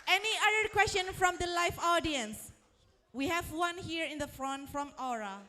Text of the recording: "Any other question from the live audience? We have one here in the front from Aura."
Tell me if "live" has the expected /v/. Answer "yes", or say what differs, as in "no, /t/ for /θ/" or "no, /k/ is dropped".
no, /f/ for /v/